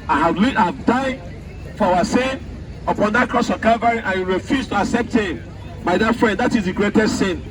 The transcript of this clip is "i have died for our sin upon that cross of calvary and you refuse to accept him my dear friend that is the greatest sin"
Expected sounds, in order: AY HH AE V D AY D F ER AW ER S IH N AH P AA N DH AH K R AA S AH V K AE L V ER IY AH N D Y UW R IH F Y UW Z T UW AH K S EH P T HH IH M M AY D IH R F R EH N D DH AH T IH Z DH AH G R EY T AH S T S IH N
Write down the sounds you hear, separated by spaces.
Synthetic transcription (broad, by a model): AY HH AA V D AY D F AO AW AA S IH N AH P AA N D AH K R AA S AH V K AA V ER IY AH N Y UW R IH F Y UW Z T UW AH K S EH P T HH IH M M AY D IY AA F R EH N D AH T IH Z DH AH G R EY T AH S T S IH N